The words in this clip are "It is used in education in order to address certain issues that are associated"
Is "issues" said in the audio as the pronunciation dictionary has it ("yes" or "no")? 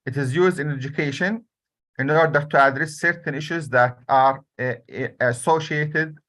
yes